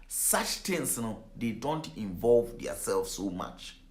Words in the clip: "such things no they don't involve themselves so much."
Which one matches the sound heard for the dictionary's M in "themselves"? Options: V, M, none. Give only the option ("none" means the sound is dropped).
none